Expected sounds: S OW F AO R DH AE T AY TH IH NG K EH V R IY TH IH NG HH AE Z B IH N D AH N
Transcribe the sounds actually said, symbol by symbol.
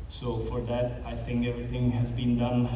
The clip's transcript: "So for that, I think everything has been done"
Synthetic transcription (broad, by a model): S OW F AO R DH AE T AY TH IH NG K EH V R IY T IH NG HH AE Z B IH N D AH N